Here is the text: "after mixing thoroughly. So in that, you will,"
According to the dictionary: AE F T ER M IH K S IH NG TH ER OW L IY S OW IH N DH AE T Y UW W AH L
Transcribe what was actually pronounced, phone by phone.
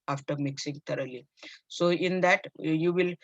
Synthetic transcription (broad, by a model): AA F T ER M IH K S IH NG T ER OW L IY S OW IH N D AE T Y UW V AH L